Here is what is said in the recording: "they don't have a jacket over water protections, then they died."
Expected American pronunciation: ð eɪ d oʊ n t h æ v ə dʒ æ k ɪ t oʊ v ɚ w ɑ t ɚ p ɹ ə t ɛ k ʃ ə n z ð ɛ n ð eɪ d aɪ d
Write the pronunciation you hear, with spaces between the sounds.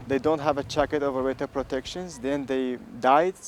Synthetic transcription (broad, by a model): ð eɪ d oʊ n t h æ v ə tʃ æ k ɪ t oʊ v ɚ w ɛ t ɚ p ɹ ə t ɛ k ʃ ə n z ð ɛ n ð eɪ d aɪ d